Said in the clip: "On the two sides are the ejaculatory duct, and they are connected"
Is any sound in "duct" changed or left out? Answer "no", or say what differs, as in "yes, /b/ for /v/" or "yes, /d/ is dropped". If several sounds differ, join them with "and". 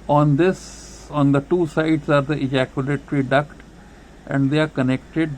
no